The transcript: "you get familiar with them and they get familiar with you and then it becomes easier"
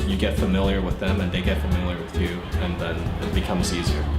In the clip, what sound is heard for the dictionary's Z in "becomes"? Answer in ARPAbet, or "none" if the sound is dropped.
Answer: Z